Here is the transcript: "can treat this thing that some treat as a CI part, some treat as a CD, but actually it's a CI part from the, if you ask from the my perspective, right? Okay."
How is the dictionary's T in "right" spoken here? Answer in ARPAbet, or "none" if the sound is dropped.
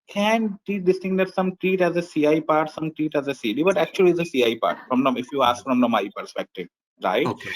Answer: none